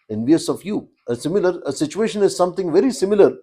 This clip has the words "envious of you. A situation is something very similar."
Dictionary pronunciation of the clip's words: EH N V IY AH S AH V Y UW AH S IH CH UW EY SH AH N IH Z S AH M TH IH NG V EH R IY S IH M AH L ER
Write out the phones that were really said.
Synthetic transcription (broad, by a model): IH N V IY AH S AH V Y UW AH S IH CH UW EY SH AH N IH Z S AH M T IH NG V EH R IY S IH M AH L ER